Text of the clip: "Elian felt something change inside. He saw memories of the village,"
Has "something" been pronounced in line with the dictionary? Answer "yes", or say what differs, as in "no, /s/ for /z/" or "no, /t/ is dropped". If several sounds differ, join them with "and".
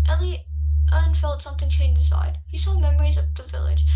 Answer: yes